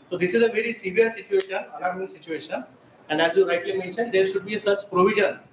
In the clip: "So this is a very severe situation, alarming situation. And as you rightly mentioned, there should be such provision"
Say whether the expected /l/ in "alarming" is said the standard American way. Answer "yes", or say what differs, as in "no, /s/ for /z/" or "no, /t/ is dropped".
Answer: no, /n/ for /l/